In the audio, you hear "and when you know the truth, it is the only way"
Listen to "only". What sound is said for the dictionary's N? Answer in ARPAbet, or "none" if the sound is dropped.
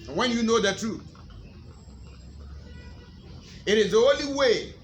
none